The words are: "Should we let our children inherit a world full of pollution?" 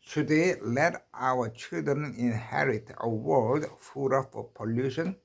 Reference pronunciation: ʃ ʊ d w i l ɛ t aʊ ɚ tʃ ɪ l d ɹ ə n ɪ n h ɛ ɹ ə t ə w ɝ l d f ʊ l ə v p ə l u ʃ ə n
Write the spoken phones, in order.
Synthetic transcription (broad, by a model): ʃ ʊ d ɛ l ɛ t aʊ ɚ tʃ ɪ l d ɹ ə n ɪ n h ɛ ɹ ə t ə w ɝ l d f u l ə f p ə l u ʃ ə n